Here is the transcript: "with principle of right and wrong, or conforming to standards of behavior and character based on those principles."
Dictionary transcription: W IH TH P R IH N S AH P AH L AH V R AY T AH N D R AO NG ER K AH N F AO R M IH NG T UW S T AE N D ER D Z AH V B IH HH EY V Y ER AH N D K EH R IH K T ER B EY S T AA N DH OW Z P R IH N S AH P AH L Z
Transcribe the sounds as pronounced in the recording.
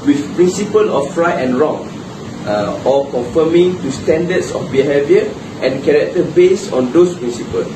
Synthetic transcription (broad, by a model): W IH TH P R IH N S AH P AH L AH F R AY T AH N R AO NG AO K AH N F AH M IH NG T UW S T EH N D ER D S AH F B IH HH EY V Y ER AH N K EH R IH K T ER B EY S AA N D OW S P R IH N S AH P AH L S